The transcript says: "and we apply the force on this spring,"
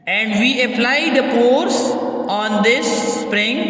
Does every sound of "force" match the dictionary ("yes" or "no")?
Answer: no